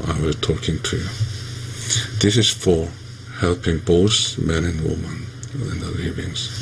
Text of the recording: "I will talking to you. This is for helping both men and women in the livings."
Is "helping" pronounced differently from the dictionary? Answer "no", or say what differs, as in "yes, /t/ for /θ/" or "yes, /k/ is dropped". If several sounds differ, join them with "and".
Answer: no